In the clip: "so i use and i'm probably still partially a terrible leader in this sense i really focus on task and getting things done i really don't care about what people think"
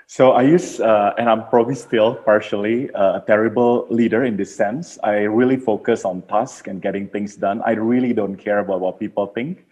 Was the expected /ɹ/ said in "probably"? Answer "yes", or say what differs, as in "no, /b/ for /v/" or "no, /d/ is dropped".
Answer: yes